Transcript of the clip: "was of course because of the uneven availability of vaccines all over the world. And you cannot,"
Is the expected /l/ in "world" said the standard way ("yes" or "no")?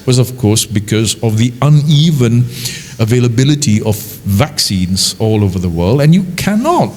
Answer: yes